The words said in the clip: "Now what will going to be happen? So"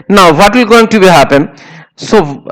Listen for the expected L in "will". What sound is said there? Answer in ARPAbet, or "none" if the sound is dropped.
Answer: L